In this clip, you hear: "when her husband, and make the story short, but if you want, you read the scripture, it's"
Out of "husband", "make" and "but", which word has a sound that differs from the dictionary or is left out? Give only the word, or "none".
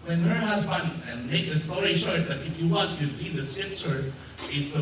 husband